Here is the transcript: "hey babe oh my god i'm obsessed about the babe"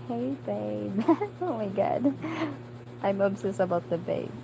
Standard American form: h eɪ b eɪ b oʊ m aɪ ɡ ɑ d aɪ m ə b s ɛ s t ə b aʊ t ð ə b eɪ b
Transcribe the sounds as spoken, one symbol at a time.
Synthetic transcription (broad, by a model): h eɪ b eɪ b oʊ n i ɡ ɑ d aɪ m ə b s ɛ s ə b aʊ t ð ə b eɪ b